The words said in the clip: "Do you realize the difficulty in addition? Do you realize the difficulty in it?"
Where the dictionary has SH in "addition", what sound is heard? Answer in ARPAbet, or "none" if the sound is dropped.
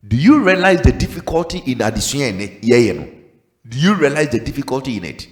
S